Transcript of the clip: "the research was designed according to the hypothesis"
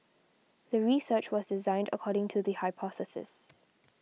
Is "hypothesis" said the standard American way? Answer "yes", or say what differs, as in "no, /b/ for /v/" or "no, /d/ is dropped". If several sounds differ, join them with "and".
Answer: yes